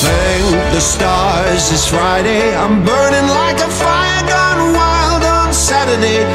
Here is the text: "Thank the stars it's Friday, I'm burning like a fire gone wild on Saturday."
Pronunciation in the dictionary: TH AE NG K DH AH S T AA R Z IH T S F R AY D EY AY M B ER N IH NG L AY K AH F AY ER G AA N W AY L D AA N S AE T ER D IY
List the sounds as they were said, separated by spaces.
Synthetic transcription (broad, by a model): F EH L DH AH S T AA R Z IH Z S F R AY D EY AY M B ER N IH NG L AY K AH F AY ER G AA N W AY L D N S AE T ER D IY